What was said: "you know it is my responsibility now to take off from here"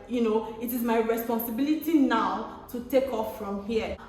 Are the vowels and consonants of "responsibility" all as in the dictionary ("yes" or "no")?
yes